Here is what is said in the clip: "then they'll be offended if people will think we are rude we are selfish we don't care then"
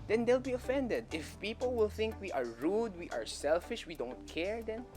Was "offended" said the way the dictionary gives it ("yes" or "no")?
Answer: yes